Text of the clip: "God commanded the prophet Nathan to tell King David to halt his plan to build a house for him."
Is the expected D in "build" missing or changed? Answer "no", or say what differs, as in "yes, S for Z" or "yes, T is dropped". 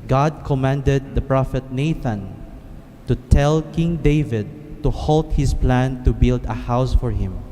no